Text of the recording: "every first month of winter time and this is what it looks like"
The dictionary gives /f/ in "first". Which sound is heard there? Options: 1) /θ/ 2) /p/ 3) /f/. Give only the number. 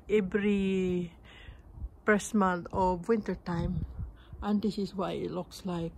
2